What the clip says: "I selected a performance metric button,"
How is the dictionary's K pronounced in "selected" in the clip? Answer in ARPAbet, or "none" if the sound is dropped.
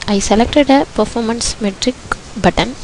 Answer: K